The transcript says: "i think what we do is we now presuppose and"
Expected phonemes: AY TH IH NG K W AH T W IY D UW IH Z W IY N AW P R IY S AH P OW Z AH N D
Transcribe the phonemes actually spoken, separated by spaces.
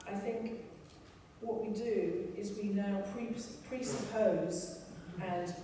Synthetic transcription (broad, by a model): AY TH IH NG K W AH T W IY D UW IH Z W IY N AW P R IY S AH P OW Z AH N